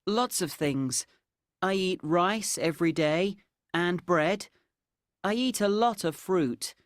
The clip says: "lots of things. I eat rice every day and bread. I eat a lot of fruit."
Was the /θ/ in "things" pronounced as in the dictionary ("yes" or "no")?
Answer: yes